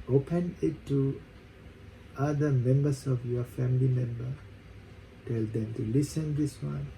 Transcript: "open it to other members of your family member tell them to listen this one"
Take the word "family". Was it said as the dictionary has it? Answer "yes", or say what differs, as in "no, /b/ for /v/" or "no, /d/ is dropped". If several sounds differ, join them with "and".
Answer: yes